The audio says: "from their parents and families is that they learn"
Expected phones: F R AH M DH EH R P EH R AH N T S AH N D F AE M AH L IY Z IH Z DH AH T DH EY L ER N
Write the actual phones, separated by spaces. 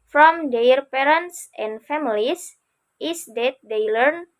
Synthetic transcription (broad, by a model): F R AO M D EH R P EH R AH N T S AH N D F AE M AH L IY S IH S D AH T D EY L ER N